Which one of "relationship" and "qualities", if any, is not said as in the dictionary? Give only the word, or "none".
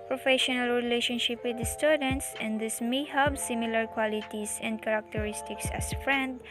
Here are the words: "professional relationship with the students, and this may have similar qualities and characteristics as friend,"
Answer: qualities